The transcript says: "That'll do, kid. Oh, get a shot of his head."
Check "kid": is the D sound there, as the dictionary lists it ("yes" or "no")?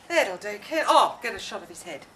no